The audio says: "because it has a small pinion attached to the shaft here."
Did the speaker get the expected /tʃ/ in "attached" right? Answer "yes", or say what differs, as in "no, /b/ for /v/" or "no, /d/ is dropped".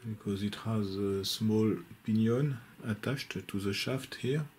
no, /ʃ/ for /tʃ/